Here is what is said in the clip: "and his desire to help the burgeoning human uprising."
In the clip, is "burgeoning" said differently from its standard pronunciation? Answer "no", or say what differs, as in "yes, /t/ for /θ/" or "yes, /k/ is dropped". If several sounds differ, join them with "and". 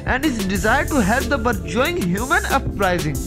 yes, /n/ is dropped